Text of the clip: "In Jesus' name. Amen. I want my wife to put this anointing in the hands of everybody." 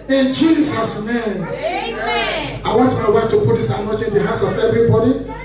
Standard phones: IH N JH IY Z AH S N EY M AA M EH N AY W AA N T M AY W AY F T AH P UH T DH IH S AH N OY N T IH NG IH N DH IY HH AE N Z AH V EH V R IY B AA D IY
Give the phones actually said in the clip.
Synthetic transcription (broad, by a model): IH N JH IY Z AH S N EY M AA IH W AA N T M AY W AY F T AH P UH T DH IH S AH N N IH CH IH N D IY HH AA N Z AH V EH V R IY B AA D IY